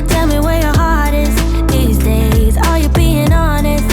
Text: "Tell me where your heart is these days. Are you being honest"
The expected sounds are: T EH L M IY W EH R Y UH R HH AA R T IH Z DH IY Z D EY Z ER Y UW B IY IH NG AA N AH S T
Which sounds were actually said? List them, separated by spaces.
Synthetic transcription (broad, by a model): T EH L M IY W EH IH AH HH AA R T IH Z DH IY Z D EY Z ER Y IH B IY IH NG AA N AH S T